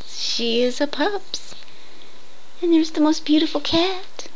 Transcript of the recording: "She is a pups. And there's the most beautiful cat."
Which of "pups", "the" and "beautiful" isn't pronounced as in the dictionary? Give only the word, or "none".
none